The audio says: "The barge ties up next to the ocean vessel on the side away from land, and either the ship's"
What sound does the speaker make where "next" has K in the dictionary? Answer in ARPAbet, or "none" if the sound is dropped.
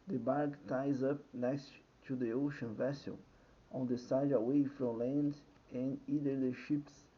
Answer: K